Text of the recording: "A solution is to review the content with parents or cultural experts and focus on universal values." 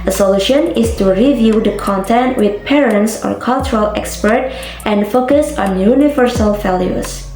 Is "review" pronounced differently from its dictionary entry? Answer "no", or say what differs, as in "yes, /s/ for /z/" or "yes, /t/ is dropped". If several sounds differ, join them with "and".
no